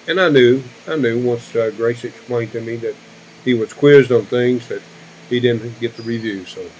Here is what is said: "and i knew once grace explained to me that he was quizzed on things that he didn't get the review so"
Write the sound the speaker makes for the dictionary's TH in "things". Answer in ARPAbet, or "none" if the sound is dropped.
TH